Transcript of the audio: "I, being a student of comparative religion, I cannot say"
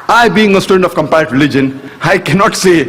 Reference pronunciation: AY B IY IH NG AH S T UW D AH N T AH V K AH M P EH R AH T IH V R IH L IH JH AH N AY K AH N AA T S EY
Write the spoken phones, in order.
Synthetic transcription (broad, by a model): AY B IY IH NG AH S T UW D AH N T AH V K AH M P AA AH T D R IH L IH JH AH N AY K AH N AA T S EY